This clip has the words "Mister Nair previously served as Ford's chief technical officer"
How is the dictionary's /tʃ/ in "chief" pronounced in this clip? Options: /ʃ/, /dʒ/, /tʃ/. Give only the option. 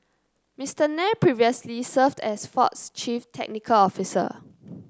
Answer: /tʃ/